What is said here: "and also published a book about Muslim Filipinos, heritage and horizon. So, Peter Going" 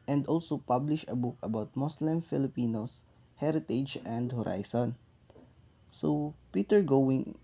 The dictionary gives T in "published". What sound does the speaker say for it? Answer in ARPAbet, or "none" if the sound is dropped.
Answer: none